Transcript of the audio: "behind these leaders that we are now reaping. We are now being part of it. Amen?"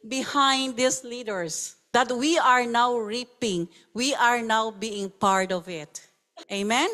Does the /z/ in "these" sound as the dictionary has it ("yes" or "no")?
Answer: no